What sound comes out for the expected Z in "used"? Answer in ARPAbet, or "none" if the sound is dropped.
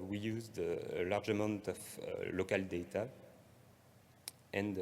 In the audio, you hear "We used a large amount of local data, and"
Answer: Z